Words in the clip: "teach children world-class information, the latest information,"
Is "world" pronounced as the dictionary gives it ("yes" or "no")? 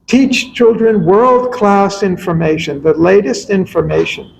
yes